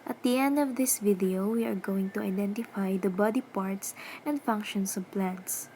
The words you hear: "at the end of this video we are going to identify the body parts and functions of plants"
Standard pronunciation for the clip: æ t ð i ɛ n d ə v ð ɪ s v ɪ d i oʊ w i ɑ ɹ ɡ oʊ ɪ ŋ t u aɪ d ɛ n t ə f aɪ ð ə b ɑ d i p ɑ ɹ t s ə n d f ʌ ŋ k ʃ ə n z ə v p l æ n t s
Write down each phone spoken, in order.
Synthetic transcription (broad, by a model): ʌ t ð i ɛ n d ə v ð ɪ s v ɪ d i oʊ w i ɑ ɹ ɡ oʊ ɪ ŋ t u aɪ d ɛ n t ə f aɪ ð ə b ɑ d i p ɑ ɹ t s ə n d f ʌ ŋ k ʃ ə n s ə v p l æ n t s